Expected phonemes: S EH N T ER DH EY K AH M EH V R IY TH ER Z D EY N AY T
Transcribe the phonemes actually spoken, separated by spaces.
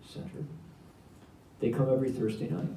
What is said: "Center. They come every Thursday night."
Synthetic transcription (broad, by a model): S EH N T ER DH EY K AH M EH V R IY TH ER Z D EY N AY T